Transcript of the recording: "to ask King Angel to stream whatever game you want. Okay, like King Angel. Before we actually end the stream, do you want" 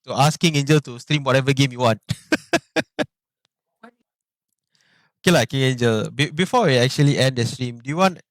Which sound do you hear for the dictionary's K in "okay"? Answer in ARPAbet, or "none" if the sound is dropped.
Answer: K